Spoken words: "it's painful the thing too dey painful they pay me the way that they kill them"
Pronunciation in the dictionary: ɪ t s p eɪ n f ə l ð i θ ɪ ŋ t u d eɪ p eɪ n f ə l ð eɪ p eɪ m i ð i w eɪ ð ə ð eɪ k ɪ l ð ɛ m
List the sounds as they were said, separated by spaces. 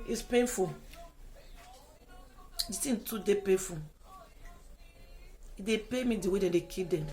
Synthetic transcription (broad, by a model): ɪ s p eɪ n f ə l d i s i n t u d eɪ p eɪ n f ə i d eɪ p eɪ m i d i w eɪ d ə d eɪ k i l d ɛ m